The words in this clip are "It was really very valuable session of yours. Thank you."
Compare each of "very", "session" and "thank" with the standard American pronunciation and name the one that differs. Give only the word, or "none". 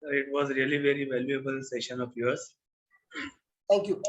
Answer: thank